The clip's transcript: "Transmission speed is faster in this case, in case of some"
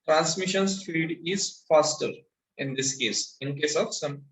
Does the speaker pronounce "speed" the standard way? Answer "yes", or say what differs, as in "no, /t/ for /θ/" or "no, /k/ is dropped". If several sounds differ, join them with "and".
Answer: no, /f/ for /p/